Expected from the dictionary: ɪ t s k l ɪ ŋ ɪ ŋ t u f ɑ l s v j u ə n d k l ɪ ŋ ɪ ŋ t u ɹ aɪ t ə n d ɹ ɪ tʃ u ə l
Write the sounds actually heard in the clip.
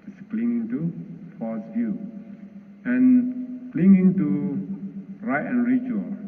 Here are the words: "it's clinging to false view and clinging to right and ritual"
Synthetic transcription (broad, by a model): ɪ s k l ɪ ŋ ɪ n t u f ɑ s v j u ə n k l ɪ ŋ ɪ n t u ɹ aɪ t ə n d ɹ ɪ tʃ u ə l